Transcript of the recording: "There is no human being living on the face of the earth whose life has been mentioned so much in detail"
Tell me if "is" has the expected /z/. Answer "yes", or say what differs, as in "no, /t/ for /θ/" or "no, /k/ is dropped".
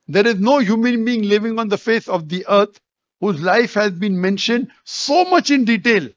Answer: yes